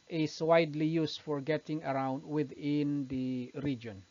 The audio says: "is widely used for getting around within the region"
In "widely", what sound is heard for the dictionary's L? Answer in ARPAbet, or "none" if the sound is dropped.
L